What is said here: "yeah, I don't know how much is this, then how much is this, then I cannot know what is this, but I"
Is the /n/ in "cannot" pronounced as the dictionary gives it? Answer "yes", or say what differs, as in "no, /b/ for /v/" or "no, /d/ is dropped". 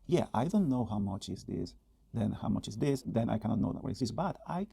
no, /n/ is dropped